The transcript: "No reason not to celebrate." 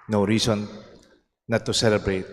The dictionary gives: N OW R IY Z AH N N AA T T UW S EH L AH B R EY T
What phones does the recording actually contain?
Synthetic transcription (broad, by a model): N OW R IY S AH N N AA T T UW S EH L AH B R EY T